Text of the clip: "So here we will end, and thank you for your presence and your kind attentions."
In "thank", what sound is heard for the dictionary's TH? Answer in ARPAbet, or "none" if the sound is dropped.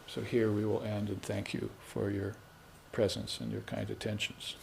TH